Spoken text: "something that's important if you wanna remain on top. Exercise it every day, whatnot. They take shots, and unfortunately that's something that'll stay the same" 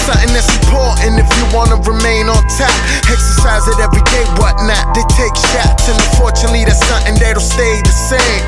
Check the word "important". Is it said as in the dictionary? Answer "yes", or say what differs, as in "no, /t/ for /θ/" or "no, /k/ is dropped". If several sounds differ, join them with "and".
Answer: no, /m/ is dropped and /t/ is dropped